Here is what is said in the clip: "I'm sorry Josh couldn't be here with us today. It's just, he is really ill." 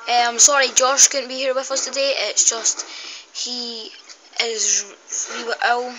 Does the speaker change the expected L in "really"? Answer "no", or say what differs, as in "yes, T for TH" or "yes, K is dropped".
yes, W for L